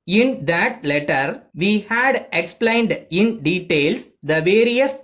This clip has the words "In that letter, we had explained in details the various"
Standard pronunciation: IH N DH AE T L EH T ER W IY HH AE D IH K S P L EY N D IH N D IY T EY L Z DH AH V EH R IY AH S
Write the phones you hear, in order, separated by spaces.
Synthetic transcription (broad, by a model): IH N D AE T L EH T ER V IY HH AE D IH K S P L EY N D IH N D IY T EY L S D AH V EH R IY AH S